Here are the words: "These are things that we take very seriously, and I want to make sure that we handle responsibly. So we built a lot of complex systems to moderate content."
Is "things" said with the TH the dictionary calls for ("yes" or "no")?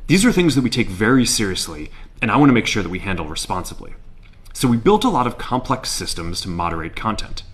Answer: yes